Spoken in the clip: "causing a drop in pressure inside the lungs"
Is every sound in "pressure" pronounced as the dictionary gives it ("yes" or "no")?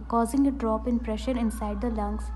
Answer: yes